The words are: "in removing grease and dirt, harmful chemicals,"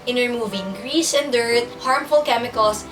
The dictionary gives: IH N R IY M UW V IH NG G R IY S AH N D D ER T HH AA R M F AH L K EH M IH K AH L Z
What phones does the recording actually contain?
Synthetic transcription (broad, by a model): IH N R IY M UW V IH NG G R IY SH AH N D D ER T HH AA R M F AH L K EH M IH K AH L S